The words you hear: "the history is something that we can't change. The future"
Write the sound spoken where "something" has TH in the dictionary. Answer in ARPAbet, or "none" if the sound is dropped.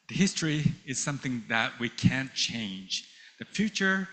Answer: TH